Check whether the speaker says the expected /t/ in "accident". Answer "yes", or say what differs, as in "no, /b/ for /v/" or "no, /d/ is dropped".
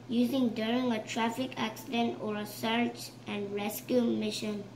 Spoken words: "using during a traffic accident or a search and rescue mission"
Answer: yes